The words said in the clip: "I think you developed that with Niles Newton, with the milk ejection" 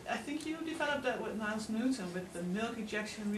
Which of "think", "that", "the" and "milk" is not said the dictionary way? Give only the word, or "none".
none